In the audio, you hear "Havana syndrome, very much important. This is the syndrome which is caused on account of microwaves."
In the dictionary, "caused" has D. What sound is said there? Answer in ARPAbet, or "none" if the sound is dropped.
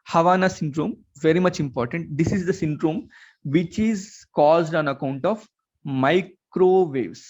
D